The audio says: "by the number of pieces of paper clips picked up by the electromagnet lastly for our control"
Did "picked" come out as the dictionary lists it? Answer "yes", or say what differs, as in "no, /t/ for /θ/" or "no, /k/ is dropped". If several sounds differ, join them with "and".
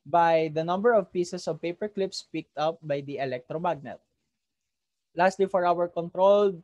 yes